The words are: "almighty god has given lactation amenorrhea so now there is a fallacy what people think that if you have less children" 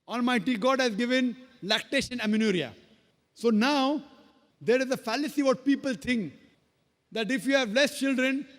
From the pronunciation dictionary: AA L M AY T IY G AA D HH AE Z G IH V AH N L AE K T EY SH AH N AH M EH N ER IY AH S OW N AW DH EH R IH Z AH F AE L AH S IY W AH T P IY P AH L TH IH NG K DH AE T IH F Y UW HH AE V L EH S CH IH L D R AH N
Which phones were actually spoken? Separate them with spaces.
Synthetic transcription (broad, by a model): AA L M AY T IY G AA D HH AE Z G IH V AH N L AE K T EY SH AH N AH M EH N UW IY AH S OW N AW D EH R IH Z AH F AE L AH S IY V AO T P IY P AH L T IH NG K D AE T IH F Y UW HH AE V L EH S CH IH L D R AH N